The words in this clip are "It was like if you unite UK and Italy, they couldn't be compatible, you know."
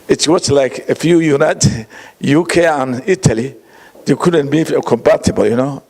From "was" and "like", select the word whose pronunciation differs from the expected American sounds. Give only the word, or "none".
was